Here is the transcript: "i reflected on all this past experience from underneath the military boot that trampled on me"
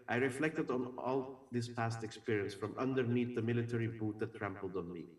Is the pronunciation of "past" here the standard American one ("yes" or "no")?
yes